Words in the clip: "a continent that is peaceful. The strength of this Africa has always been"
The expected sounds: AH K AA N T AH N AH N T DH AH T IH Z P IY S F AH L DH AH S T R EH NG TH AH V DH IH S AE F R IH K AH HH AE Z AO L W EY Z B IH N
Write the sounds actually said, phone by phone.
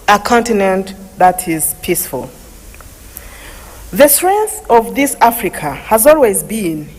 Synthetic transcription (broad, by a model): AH K AA N T AH N AH N T DH AH T IH Z P IY S F AH L DH AH S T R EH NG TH AH V DH IH S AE F R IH K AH HH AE Z AO L W EY Z B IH N